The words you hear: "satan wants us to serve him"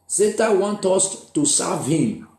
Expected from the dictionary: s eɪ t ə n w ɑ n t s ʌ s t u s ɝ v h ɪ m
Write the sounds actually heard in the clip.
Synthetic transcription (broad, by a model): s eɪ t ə w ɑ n t ʌ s t u s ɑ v h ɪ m